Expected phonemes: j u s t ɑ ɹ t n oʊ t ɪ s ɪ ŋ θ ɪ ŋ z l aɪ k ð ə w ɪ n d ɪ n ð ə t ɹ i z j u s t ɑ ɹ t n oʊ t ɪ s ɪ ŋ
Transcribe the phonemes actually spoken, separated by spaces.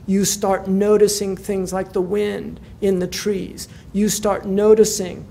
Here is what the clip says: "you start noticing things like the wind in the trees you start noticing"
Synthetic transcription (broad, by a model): j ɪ s t ɑ ɹ t n oʊ t ɪ s ɪ ŋ θ ɪ ŋ z l aɪ k ð ə w ɪ n d ɪ n ð ə t ɹ i z j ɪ s t ɑ ɹ t n oʊ t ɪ s ɪ ŋ